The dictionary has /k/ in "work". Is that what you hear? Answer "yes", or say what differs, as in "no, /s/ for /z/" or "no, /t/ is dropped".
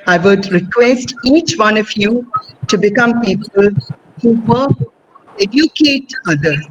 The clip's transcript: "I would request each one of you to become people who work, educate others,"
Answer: no, /k/ is dropped